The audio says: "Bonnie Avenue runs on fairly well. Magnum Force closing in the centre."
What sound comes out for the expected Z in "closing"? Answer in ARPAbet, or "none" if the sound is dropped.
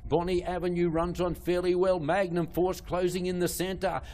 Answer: Z